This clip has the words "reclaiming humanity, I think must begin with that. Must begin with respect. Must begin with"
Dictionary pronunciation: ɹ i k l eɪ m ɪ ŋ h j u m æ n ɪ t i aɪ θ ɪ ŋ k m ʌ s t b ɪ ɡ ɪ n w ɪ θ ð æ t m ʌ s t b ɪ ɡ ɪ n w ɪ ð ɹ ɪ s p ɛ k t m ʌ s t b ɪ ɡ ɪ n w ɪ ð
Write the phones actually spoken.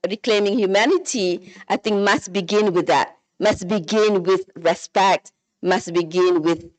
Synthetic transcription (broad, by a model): ɹ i k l eɪ m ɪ ŋ h j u m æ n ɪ t i aɪ θ ɪ ŋ k m ʌ s t b ɪ ɡ ɪ n w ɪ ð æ t m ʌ s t b ɪ ɡ ɪ n w ɪ ð ɹ ɪ s p ɛ k t m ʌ s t b ɪ ɡ ɪ n w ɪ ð